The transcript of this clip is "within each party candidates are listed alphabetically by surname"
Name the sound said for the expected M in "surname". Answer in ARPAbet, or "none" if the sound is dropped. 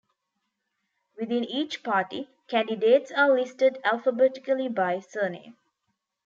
none